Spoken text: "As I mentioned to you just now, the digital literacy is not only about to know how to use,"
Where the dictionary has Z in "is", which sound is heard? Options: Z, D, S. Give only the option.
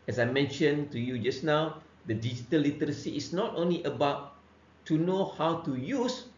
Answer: S